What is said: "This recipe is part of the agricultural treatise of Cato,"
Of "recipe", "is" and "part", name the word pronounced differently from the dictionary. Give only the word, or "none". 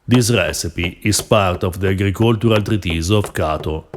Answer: is